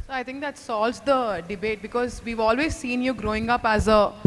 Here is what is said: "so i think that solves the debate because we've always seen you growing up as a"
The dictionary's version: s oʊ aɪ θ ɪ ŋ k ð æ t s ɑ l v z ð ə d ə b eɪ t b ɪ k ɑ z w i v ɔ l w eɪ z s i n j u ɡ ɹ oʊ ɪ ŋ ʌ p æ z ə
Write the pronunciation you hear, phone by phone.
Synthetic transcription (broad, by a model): s oʊ aɪ t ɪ ŋ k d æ t s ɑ l z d ə d ə b eɪ t b ɪ k ɑ z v i v ɔ l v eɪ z s i n j u ɡ ɹ oʊ ɪ ŋ ʌ p æ z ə